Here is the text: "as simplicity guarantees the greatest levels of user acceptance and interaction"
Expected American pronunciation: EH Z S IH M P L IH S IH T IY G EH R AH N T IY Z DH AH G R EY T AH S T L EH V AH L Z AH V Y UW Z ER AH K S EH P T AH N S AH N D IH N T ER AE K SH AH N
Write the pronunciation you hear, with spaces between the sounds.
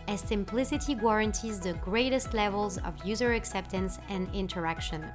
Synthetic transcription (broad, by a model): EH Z S IH M P L IH S IH T IY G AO R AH N T IY Z DH AH G R EY T AH S T L EH V AH L Z AH V Y UW Z ER AH K S EH P T AH N S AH N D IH N T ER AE K SH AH N